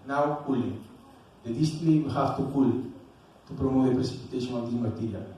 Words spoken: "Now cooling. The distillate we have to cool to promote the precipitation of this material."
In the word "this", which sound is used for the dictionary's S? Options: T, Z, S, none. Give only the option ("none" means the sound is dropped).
none